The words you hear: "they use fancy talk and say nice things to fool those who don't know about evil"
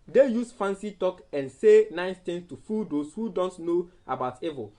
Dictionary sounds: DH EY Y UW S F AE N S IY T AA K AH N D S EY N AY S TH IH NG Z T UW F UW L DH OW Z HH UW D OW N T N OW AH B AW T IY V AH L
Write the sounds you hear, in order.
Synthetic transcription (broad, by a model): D EY Y UW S F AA N S IY T AA K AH N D S EY N AY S T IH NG S T UW F UW L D OW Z HH UW D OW N T N OW AH B AW T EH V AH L